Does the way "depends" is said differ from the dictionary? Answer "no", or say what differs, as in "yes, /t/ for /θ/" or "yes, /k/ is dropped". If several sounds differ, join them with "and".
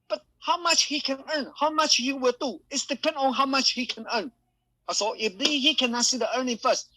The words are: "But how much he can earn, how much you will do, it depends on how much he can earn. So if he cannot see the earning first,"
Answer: yes, /z/ is dropped